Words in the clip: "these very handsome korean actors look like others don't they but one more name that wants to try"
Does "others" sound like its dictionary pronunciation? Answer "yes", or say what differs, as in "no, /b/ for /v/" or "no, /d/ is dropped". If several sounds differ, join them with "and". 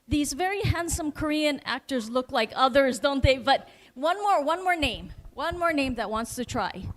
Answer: yes